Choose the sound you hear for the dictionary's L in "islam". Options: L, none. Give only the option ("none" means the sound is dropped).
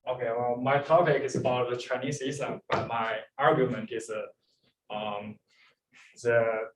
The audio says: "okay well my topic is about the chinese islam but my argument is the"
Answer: none